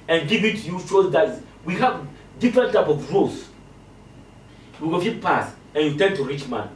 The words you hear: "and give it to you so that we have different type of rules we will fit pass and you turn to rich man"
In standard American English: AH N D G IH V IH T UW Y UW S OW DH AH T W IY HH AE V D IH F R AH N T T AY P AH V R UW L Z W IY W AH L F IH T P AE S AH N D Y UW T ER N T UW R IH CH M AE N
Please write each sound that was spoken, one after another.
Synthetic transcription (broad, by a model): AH N G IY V IH T UW Y UW SH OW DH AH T W IY HH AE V D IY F R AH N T T AY P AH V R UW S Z W IY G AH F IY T P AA S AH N Y UW T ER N T UW R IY CH M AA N